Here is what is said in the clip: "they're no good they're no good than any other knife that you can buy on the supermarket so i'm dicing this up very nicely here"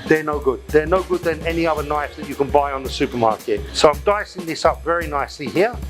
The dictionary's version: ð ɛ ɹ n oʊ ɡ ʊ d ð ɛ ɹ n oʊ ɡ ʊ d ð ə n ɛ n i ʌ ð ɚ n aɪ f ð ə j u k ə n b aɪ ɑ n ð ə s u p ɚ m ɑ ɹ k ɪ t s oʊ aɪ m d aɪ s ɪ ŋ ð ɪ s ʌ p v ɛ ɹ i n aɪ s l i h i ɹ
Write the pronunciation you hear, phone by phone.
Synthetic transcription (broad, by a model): ð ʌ ɹ n oʊ ɡ ʊ d ð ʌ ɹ n oʊ ɡ ʊ d ð ə n ɛ n i ʌ ð ɚ n aɪ f ð ə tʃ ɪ k ə n b aɪ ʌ n ð ə s u p ɚ m ɑ ɹ k ɪ t s oʊ aɪ m d aɪ s ɪ ŋ ð ɪ s ʌ p v ɛ ɹ i n aɪ s l i h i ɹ